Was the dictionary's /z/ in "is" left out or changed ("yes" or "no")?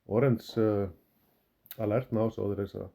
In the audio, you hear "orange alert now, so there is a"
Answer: yes